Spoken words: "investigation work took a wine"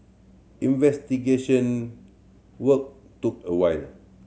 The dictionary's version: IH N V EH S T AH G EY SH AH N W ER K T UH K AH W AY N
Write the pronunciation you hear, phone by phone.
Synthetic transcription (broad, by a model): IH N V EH S T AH G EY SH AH N W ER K T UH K AH W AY L